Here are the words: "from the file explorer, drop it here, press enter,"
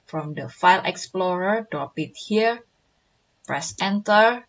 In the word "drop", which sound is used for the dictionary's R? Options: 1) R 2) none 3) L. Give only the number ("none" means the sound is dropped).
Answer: 2